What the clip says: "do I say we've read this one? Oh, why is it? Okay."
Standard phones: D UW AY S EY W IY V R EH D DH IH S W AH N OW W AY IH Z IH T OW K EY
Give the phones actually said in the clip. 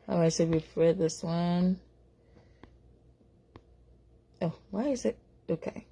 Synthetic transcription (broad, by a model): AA AY S EY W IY F R EH D DH IH S W AH N OW W AY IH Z IH T OW K EY